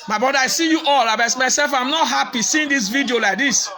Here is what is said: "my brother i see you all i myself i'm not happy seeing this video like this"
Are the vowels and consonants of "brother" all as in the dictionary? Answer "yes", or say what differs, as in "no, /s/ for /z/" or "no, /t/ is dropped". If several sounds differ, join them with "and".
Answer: no, /ɹ/ is dropped